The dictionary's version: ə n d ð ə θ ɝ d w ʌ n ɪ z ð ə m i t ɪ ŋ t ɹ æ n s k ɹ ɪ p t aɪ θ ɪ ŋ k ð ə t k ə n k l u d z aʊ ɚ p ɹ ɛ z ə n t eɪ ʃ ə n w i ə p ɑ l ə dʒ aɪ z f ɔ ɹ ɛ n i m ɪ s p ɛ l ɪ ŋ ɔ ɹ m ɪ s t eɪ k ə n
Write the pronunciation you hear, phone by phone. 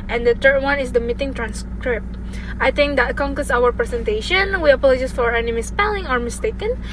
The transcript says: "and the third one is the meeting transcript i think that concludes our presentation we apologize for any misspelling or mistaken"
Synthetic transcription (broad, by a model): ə n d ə t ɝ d w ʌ n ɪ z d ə m i t ɪ ŋ t ɹ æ n s k ɹ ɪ p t aɪ t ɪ ŋ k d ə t k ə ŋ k ʌ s aʊ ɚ p ɹ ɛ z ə n t eɪ ʃ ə n w i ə p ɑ l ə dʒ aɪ s f ɔ ɹ ɛ n i m ɪ s p ɛ l ɪ ŋ ɔ ɹ m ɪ s t eɪ k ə n